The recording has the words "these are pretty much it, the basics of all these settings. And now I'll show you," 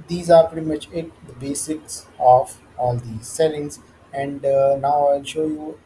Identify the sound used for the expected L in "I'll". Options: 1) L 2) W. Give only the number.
1